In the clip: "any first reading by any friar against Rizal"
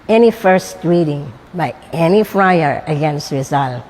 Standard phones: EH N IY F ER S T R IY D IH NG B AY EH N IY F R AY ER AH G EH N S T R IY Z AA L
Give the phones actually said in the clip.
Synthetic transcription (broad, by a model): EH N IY F ER S T R IY D IH NG B AY EH N IY F R AY ER AH G EH N S T R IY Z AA L